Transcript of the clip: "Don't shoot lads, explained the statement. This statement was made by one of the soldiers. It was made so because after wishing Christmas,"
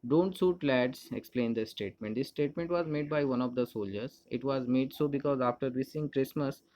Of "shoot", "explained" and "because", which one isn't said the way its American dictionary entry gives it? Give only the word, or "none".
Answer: shoot